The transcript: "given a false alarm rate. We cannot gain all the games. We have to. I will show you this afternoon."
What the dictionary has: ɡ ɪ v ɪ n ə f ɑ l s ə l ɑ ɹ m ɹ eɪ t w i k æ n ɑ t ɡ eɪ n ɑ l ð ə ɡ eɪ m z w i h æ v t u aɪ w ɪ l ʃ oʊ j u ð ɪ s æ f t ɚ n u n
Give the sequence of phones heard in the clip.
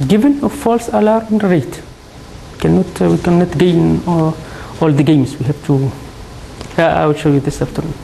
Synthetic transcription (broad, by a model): ɡ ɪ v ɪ n ə f ɑ l s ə l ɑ ɹ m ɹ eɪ t w i k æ n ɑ t ɡ eɪ n ɑ l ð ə ɡ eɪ m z w i h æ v t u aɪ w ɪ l ʃ oʊ j u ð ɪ s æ f t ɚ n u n